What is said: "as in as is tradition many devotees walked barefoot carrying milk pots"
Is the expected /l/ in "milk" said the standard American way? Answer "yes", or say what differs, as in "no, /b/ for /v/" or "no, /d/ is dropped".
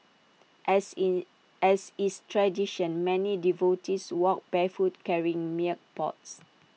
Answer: no, /l/ is dropped